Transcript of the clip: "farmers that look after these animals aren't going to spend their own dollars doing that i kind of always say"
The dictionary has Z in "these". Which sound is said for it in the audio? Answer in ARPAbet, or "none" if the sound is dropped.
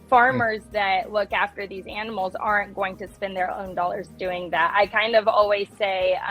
Z